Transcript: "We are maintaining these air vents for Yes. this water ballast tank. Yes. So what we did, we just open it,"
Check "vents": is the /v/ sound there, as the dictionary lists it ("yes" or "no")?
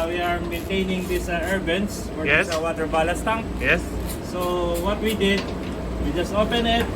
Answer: no